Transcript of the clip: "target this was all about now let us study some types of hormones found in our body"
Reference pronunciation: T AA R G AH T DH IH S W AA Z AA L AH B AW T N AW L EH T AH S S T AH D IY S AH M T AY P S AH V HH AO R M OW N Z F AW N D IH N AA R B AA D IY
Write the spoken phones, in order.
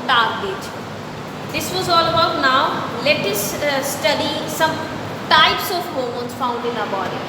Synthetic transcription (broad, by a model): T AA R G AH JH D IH S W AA Z AA L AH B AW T N AW L EH T AH S S T AH D IY S AH M T AY P S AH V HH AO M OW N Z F AW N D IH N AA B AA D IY